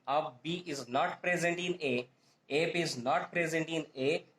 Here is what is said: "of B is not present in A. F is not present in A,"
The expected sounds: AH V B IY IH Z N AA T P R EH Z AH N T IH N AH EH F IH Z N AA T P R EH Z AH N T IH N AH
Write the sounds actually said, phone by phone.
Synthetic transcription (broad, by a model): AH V B IY IH Z N AA T P R EH Z AH N T IH N AH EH P IH Z N AA T P R EH Z AH N T IH N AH